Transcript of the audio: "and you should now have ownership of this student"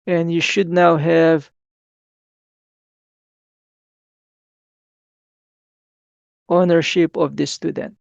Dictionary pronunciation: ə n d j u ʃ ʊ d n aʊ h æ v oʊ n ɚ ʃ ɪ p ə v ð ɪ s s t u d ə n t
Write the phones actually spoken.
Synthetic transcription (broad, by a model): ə n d j u ʃ ʊ d n aʊ h æ v oʊ n ɚ ʃ ɪ p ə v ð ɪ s s t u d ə n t